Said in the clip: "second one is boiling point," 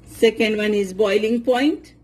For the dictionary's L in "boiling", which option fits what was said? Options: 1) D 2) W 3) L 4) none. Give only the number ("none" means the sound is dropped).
3